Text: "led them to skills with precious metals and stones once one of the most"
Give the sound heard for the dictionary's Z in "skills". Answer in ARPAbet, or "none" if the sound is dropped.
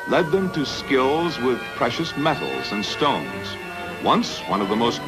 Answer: Z